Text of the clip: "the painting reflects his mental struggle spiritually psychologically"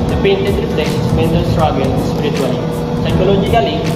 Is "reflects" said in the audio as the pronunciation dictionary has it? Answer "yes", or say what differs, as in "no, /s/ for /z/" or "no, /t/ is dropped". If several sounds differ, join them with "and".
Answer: no, /p/ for /f/